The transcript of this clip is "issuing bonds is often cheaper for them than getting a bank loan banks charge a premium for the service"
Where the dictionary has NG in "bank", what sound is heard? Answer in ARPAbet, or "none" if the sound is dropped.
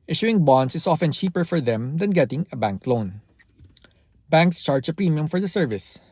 NG